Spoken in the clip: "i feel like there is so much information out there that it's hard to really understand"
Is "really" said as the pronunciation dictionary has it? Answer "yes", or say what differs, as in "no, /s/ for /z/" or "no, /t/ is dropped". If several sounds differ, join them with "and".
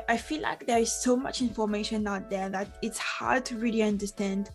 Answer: yes